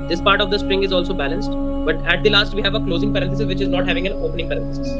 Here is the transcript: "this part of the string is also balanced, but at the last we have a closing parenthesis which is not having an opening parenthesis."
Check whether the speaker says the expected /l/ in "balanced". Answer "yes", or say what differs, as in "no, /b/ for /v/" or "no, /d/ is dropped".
yes